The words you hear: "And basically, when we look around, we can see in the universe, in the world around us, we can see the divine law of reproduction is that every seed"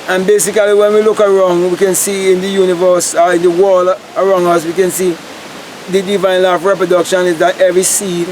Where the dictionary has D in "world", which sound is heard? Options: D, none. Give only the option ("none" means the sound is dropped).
none